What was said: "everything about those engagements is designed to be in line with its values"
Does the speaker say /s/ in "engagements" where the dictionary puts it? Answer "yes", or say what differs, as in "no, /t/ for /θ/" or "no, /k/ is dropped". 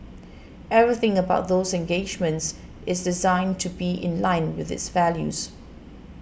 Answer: yes